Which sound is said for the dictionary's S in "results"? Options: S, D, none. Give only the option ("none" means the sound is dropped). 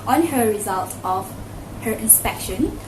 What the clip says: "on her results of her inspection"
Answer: none